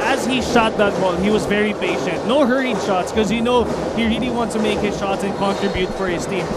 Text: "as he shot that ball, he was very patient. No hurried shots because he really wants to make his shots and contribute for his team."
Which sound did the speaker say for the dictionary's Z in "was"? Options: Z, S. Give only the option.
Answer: Z